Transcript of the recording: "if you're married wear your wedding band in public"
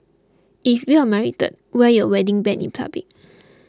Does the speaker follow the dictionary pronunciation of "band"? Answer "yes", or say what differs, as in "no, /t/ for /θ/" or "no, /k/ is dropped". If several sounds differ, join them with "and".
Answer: no, /d/ is dropped